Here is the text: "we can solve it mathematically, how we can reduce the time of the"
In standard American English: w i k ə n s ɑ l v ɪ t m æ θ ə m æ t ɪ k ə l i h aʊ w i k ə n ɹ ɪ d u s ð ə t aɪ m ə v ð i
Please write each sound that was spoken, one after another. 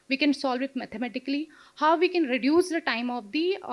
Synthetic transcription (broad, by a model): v i k ə n s ɑ l v ɪ t m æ t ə m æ t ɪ k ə l i h aʊ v i k ə n ɹ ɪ d u s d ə t aɪ m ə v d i